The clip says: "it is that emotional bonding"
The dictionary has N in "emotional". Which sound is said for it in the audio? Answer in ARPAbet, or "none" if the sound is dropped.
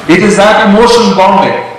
none